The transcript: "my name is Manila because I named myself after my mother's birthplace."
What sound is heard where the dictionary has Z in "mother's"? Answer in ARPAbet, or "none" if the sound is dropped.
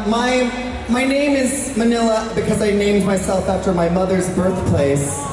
Z